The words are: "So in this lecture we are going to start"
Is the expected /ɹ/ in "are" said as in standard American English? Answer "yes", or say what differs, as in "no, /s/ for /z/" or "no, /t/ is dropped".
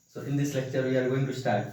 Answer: no, /l/ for /ɹ/